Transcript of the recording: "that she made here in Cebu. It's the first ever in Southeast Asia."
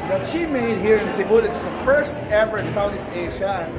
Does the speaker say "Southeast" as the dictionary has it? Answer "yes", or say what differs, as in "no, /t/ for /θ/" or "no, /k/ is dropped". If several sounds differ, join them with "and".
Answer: no, /t/ is dropped